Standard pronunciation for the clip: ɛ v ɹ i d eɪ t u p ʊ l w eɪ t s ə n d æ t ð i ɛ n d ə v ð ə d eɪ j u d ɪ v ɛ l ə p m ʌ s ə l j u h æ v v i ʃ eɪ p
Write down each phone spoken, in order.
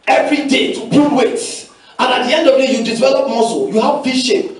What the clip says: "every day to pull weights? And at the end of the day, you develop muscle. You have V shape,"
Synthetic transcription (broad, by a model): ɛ v ɹ i d eɪ t u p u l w eɪ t ə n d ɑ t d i ɛ n d ə v d eɪ j u d ɪ v ɛ l ə p m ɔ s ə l j u h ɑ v f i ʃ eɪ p